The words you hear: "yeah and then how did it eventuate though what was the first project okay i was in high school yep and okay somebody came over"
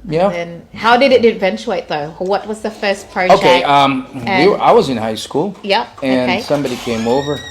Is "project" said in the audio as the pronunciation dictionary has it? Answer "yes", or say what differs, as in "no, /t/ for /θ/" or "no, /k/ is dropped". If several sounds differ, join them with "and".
no, /dʒ/ is dropped